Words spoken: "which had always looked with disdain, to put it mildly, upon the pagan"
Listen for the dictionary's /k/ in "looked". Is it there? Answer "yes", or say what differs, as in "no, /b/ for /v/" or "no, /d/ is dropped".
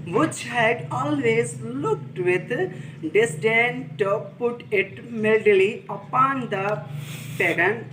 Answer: yes